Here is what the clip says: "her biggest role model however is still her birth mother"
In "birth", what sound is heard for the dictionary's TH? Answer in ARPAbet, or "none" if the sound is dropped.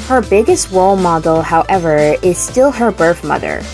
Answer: TH